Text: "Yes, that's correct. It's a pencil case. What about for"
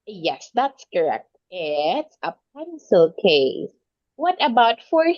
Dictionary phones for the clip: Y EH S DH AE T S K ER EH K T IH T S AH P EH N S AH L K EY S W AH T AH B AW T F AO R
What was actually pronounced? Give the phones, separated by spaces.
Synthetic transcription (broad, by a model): Y EH S DH AE T S K ER EH K T IH T S AH P EH N S AH L K EY S W AH T AH B AW T F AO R